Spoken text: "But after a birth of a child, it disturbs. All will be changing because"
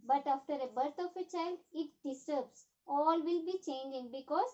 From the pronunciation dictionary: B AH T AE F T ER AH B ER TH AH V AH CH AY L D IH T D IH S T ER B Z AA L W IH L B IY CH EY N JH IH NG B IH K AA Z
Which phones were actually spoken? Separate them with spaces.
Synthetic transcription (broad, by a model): B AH T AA F T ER AH B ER T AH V AH CH AY L D IH T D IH S T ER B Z AA L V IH L B IY CH EY N JH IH NG B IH K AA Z